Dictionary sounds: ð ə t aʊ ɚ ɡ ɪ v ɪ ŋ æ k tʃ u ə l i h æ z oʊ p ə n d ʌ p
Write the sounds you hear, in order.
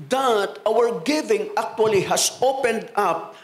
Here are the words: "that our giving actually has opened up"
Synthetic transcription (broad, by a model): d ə t aʊ ɚ ɡ ɪ v ɪ ŋ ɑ k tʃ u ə l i h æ s oʊ p ə n d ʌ p